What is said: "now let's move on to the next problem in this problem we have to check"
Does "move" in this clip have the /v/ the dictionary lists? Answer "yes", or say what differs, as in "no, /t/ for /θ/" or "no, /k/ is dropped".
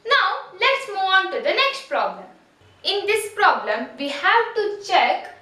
no, /v/ is dropped